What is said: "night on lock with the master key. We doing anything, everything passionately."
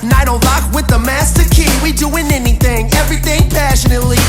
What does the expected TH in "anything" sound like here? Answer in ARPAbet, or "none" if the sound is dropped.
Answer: TH